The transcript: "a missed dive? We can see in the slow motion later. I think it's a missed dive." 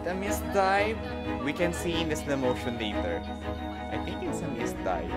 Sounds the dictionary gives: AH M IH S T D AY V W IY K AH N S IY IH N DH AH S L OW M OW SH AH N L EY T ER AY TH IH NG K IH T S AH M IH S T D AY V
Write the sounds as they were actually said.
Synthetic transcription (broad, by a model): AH M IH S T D AY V W IY K AH N S IY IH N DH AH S OW M OW SH AH N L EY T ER AY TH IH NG K IH T S AH M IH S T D AY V